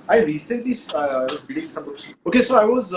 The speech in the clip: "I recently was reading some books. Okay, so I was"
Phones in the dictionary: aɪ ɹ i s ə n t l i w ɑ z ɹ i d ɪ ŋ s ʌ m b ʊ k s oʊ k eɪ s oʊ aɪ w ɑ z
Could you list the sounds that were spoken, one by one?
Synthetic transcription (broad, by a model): aɪ ɹ i s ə n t l i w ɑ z ɹ i d ɪ ŋ s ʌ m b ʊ s oʊ k eɪ s oʊ aɪ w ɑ z